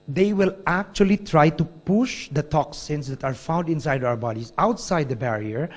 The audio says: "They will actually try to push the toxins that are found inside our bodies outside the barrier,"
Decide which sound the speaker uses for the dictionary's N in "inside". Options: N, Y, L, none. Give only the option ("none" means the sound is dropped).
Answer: N